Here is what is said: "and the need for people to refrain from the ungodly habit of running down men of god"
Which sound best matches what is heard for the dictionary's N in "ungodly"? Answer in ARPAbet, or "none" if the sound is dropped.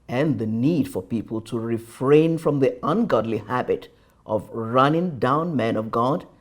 N